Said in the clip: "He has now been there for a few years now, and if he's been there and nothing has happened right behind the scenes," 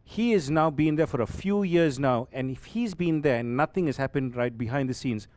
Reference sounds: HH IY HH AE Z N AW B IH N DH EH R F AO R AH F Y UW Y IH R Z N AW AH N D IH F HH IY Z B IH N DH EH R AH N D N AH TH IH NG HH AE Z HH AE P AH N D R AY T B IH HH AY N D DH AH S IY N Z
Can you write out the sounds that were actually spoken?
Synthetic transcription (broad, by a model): HH IY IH Z N AW B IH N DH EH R F AO R AH F Y UW Y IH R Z N AW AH N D IH F HH IY Z B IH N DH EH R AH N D N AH T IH NG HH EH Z HH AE P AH N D R AY T B IH HH AY N D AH S IY N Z